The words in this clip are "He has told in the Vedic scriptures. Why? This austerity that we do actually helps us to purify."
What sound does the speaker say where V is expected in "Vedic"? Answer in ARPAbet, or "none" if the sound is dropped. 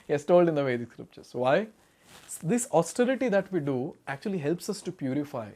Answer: V